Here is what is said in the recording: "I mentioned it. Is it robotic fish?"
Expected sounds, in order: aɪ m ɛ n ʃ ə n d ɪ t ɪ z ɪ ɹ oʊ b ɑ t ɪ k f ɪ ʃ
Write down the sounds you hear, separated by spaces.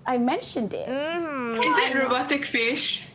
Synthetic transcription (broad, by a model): aɪ m ɛ n ʃ ə n d ɪ t ɪ z ɪ ɹ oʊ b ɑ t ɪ k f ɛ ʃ